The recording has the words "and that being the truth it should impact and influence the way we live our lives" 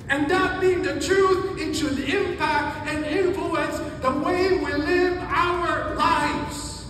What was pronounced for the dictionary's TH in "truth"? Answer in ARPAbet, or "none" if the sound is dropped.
TH